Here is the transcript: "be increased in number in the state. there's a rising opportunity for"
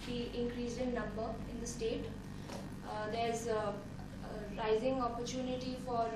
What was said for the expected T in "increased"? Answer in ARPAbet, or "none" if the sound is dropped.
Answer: none